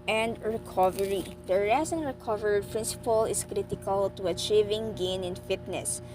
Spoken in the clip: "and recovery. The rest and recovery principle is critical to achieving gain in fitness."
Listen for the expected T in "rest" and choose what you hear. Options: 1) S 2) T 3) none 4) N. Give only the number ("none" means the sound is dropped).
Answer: 3